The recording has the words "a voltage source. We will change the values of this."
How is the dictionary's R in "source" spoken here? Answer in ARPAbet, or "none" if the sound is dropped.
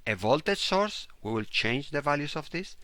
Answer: R